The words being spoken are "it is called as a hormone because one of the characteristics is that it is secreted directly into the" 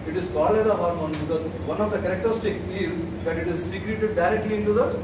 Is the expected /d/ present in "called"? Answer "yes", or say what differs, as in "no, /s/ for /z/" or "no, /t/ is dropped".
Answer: no, /d/ is dropped